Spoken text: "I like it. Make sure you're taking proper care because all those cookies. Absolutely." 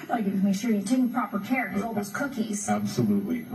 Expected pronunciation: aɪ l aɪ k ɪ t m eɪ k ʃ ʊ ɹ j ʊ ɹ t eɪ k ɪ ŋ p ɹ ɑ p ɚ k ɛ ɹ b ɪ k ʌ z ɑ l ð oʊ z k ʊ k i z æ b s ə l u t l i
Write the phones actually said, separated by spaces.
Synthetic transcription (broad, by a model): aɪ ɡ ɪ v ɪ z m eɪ ʃ ʊ ɹ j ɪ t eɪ ɪ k p ɹ ɑ p ɚ k ɛ ɹ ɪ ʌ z ɑ l ð oʊ z k ʊ k i z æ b s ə l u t l i